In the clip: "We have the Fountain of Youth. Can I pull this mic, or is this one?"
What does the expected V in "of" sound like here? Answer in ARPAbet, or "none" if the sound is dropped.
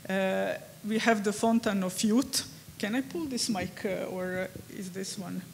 F